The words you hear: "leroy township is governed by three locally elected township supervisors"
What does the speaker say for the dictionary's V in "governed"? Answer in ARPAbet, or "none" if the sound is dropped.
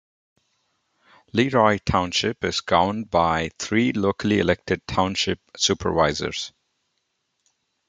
none